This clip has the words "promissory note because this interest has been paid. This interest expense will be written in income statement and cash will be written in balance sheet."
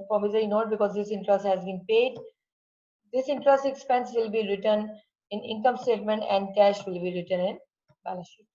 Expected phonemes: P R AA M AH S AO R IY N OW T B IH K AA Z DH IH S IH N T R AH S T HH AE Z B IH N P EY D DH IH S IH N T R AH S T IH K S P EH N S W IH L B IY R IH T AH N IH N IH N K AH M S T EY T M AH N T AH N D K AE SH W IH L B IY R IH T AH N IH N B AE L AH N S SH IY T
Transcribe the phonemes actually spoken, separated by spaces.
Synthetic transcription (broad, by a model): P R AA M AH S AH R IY N OW T B IH K AA Z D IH S IH N T R AH S T HH AE Z B IH N P EY D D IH S IH N T R AH S T IH K S P EH N S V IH L B IY R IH T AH N IH N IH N K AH M S T EY T M AH N T AH N D K AE SH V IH L B IY R IH T AH N IH N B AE L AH S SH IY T